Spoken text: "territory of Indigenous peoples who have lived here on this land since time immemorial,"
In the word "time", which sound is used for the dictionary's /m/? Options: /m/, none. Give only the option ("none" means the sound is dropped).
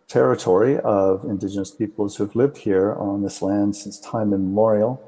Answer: none